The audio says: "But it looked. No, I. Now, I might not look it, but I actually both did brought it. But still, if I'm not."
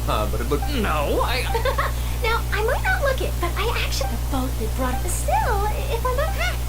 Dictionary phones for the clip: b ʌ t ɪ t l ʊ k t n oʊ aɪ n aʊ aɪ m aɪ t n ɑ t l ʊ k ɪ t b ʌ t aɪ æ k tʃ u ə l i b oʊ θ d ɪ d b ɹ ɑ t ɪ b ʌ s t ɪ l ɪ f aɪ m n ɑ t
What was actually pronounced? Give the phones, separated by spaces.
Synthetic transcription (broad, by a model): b ʌ t ɪ t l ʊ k n oʊ aɪ n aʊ aɪ m aɪ t n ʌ t l ʊ k ɪ t b ʌ t aɪ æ k tʃ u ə i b oʊ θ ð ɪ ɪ b ɹ ɑ t ɪ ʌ s t ɪ l ɪ f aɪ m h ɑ